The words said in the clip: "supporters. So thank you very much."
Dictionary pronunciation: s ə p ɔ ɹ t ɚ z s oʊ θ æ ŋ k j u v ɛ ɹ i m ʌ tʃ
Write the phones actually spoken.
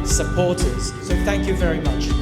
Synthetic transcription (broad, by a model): s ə p ɔ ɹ t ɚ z s oʊ θ æ ŋ k j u v ɛ ɹ i m ʌ tʃ